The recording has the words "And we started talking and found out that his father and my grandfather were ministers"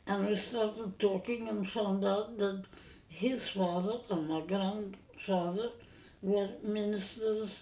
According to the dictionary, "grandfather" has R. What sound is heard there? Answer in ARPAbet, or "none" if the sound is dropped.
R